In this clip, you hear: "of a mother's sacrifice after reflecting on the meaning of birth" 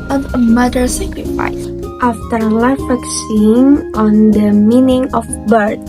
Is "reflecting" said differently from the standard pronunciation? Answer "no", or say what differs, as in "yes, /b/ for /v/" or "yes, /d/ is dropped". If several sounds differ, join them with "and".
yes, /l/ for /ɹ/ and /l/ is dropped and /s/ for /t/